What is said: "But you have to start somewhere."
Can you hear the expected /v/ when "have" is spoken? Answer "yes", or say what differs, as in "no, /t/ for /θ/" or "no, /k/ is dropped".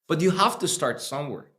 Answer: no, /f/ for /v/